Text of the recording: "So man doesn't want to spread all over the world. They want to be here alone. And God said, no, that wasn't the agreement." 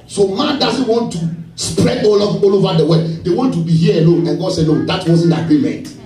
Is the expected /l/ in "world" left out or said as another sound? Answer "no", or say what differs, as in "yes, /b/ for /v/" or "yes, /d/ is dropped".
yes, /l/ is dropped